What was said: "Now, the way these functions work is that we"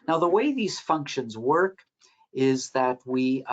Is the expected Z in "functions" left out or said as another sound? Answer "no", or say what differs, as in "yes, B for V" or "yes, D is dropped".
no